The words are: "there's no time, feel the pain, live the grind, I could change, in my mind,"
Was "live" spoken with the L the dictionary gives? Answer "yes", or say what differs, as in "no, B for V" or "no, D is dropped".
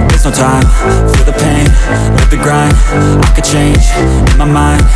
no, N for L